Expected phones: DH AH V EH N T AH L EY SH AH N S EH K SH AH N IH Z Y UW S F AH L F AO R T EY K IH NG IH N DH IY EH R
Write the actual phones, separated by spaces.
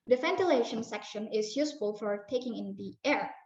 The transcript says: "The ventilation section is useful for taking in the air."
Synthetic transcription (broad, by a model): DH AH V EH N T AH L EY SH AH N S EH K SH AH N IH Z Y UW S F AH L F AO R T EY K IH NG IH N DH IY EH R